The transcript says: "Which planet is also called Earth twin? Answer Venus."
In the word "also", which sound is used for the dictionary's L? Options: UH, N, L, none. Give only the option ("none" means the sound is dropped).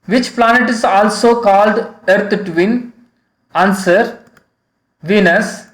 L